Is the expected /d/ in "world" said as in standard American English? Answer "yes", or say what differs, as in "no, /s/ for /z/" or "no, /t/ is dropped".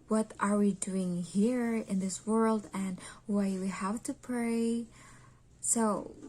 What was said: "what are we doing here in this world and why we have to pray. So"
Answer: yes